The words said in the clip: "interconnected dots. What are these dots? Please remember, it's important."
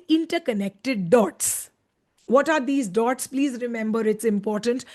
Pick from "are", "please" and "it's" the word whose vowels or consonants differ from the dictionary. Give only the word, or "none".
none